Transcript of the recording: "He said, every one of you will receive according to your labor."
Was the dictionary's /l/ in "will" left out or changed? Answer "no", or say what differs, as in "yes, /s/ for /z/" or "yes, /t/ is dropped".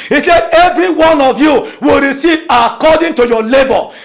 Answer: no